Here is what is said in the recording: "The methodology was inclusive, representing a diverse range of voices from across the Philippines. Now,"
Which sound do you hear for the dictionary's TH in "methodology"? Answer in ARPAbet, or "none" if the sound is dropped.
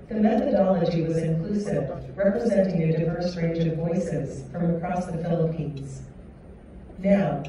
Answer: TH